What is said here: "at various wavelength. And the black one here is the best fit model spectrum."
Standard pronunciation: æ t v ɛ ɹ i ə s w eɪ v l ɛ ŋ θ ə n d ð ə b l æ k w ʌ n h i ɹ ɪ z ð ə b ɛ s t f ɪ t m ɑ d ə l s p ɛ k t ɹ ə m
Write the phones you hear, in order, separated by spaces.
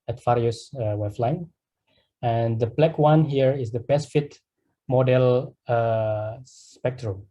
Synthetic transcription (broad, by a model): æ t f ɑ ɹ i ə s w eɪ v l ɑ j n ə n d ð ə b l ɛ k w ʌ n h i ɹ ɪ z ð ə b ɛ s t f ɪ t m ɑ d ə l s p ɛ k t ɹ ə m